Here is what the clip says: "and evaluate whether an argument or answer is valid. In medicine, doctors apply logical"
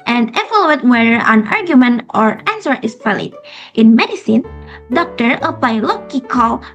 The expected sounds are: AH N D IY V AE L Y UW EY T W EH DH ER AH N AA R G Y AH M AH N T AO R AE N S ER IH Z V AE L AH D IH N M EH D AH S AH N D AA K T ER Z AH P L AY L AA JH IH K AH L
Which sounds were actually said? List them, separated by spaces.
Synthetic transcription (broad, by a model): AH N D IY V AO L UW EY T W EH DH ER AH N AA R G Y AH M AH N T AO R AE N S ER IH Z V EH L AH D IH N M EH D AH S AH N D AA K T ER AH P L AY L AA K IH K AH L